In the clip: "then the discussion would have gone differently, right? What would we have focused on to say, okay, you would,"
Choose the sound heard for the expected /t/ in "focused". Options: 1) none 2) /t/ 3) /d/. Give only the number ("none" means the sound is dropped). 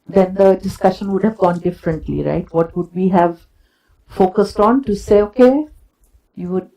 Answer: 2